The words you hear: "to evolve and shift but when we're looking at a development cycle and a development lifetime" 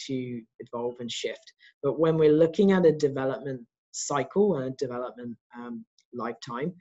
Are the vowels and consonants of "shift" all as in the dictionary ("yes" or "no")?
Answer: yes